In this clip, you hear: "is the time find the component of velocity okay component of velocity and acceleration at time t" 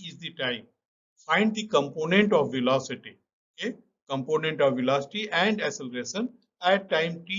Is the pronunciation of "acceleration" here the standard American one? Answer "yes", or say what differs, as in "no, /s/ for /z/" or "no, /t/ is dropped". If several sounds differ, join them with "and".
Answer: no, /k/ is dropped